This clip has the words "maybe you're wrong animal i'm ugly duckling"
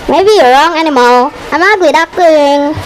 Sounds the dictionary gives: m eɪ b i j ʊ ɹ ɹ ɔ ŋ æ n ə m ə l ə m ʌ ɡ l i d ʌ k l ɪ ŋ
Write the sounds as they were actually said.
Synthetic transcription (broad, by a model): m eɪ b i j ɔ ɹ ɹ ɔ ŋ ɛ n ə m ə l ə m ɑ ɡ i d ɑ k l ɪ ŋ